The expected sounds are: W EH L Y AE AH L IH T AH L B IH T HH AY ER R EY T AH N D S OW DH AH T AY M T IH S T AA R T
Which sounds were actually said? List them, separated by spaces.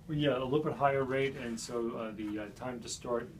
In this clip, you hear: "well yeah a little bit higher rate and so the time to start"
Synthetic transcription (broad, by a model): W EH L Y AE AH L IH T L B IH T HH AY ER R EY T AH N S OW DH AH T AY M T IH S T AA R T